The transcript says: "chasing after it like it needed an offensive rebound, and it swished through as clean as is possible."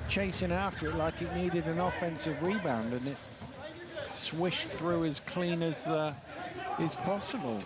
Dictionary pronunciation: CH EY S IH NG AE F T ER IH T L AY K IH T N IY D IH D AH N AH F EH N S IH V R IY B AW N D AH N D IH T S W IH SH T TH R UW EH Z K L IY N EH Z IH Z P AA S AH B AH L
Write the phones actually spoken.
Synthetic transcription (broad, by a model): CH EY S IH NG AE F T ER IH T L AY K IH T N IY D IH D AH N AH F EH N S IH V R IY B AW N D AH N IH T S W IH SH TH R UW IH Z K L IY N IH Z IH Z P AA S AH B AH L